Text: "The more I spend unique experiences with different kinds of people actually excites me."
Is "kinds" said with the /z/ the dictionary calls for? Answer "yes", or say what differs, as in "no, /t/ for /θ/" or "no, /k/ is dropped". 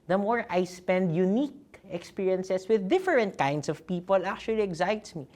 no, /s/ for /z/